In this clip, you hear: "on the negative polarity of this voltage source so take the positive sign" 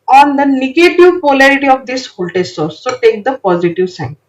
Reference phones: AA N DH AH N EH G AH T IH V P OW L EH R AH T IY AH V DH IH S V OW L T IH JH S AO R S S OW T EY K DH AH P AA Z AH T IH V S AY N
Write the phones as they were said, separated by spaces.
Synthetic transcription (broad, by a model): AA N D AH N EH G AH T IH V P OW L EH R AH T IY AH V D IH S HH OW L T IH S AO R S S OW T EY K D AH P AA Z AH T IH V S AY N